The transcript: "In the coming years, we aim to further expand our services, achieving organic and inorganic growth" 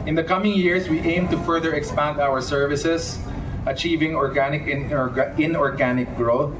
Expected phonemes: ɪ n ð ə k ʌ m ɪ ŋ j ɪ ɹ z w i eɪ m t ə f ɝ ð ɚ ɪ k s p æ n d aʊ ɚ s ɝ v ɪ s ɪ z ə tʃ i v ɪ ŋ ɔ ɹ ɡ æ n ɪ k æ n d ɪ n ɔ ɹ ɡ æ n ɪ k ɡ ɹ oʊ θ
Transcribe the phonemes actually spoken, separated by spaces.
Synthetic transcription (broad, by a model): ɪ n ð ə k ʌ m ɪ ŋ j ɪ ɹ s w i eɪ m t ə f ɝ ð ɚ ɪ k s p æ n d aʊ ɚ s ɝ v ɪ s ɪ s ə tʃ i v ɪ ŋ ɔ ɹ ɡ æ n ɪ k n ɪ n ɔ ɹ ɡ æ n ɪ k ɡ ɹ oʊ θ